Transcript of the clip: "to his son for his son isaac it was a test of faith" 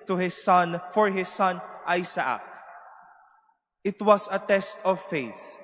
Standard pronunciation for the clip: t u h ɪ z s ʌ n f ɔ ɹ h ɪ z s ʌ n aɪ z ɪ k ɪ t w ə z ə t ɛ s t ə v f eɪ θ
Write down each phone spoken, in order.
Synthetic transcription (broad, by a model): t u h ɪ s ʌ n f ɔ ɹ h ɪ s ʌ n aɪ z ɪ k ɪ t w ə s ə t ɛ s t ə v f eɪ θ